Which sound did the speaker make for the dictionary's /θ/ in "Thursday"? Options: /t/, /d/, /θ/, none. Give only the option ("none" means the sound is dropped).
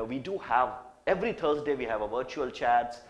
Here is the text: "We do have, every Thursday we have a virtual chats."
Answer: /t/